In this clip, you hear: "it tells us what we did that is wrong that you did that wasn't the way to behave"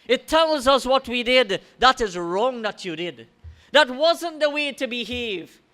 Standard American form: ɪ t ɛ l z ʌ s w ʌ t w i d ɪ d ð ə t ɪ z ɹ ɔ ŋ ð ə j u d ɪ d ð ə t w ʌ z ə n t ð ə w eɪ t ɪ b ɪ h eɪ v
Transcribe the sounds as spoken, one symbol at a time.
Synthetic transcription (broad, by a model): ɪ t ɛ l z ʌ s w ʌ t w i d ɪ d ð ə t ɪ z ɹ ɔ ŋ ð ə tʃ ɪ d ɪ d ð ə t w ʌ z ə n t ð ə w eɪ t ɪ b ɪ h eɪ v